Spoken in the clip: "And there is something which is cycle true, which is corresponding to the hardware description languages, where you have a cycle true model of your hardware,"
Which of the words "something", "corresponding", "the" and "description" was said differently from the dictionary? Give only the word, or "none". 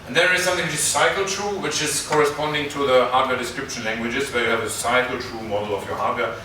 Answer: none